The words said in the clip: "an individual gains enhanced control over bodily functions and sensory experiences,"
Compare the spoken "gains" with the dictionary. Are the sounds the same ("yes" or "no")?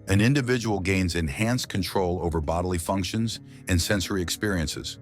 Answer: yes